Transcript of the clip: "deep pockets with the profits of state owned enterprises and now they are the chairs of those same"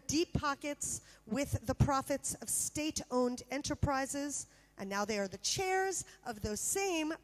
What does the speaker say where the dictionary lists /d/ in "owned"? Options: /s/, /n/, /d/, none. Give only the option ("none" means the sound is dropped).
/d/